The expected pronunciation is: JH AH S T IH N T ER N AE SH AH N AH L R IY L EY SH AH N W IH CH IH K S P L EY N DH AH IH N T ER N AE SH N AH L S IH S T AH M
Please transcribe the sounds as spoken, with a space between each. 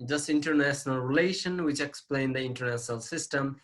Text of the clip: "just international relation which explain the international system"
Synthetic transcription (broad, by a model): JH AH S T IH N T ER N AE SH AH N AH L R IY L EY SH AH N W IH CH IH K S P L EY N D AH IH N T ER N AE SH N AH L S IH S T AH M